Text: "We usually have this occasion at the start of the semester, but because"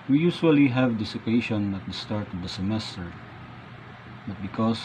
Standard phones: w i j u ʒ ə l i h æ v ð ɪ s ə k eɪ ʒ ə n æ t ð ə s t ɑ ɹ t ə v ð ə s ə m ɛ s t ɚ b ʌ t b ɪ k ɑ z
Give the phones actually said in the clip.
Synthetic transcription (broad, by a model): w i j u s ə l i h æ v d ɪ s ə k eɪ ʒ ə n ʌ t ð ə s t ɑ ɹ t ə v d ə s ə m ɛ s t ɚ b ʌ t b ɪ k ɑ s